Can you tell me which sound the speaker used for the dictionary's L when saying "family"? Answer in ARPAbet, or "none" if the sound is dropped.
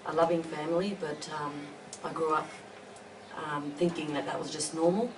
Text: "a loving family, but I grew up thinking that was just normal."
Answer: L